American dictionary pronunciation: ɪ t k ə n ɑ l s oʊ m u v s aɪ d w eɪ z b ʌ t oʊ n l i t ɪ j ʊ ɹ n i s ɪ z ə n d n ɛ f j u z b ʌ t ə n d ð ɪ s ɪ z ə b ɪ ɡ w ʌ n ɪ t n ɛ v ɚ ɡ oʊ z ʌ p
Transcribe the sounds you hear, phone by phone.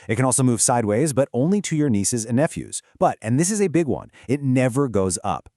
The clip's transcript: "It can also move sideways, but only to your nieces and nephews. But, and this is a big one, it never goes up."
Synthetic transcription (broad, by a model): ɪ t k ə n ɑ l s oʊ m u v s aɪ d w eɪ z b ʌ t oʊ n l i t ɪ j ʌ ɹ n i s ɪ z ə n n ɛ f j u z b ʌ t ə n ð ɪ s ɪ z ə b ɪ ɡ w ʌ n ɪ t n ɛ v ɚ ɡ oʊ z ʌ p